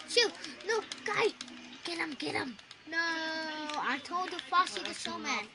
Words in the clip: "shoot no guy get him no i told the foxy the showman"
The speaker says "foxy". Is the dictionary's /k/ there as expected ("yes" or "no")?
no